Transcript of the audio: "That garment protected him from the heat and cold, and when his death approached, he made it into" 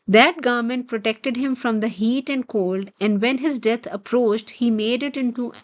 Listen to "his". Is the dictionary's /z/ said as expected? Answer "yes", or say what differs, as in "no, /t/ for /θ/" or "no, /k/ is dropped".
yes